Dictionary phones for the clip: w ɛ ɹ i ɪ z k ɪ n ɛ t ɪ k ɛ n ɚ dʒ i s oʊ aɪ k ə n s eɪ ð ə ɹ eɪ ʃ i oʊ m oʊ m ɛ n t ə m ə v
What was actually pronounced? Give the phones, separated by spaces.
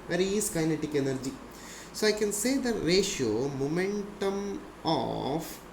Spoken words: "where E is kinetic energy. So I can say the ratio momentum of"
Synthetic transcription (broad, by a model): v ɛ ɹ i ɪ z k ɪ n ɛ t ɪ k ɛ n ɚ dʒ i s oʊ aɪ k ə n s eɪ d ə ɹ eɪ ʃ i oʊ m oʊ m ɛ n t ə m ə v